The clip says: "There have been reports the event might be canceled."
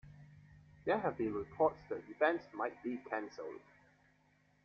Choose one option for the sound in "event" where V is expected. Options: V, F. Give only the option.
F